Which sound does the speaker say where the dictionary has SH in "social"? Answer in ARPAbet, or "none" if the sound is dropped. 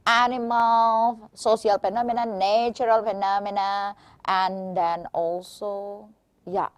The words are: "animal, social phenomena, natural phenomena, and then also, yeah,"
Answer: S